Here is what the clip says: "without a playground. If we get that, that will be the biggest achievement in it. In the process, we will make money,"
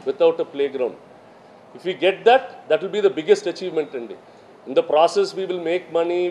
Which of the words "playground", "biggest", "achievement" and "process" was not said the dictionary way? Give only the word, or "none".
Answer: none